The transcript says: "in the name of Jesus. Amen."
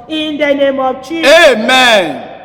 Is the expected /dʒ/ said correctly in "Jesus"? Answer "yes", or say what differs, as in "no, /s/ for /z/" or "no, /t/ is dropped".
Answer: no, /tʃ/ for /dʒ/